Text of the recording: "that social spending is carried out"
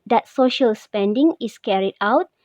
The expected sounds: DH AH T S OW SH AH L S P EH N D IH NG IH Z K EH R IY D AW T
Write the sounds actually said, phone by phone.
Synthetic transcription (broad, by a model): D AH T S OW SH AH L S P EH N D IH NG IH S K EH R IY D AW T